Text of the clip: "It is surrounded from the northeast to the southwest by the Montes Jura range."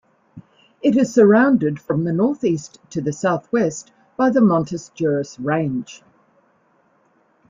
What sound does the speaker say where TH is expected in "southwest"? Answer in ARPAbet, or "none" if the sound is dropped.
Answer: TH